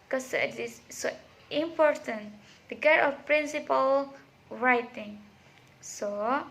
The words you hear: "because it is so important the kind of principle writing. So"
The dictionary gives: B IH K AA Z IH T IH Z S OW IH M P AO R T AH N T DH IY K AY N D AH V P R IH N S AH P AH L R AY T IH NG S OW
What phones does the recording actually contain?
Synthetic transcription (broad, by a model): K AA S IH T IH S S OW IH M P AO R T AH N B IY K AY D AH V P R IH N S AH P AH L R AY T IH NG S OW